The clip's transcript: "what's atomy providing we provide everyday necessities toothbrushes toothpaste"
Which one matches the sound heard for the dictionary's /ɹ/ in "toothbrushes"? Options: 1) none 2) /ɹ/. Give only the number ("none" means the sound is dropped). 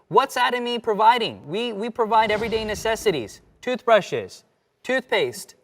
2